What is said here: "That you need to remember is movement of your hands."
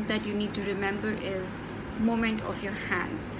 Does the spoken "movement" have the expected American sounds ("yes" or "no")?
no